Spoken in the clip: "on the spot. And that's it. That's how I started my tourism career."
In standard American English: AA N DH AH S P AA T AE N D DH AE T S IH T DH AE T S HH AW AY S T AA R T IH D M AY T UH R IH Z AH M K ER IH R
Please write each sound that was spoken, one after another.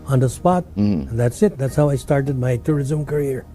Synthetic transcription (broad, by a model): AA N DH AH S P AA T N DH AE T S IH T DH AE T S HH AW AY S T AA R T IH D M AY T UH R IH Z AH M K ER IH R